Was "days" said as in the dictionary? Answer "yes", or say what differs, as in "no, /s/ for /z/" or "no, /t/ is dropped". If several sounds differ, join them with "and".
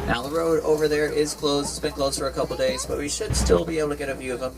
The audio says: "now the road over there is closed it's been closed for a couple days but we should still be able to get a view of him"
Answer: yes